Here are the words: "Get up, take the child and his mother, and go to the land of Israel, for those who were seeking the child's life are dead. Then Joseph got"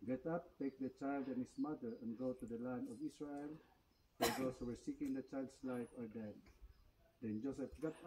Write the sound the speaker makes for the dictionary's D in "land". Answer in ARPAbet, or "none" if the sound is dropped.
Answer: D